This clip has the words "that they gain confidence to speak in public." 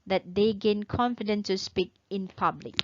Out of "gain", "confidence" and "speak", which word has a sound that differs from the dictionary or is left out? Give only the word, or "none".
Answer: none